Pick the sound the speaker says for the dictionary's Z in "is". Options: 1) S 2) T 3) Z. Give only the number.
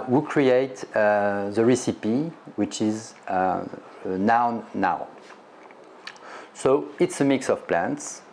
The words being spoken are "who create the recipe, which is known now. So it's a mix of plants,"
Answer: 3